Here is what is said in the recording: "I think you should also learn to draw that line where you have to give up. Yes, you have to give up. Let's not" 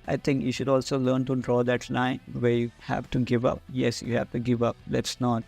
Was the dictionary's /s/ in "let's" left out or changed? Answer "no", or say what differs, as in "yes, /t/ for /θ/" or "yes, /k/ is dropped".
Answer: no